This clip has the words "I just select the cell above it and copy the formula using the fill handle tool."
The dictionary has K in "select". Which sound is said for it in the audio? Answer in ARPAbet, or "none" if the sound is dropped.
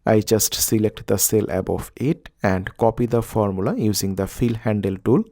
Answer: K